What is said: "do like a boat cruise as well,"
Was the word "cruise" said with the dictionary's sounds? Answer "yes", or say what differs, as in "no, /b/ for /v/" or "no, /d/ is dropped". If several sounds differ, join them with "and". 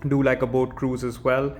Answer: yes